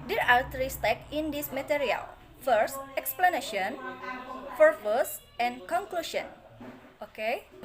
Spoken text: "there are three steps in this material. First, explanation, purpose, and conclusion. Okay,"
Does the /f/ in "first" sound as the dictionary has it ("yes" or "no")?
yes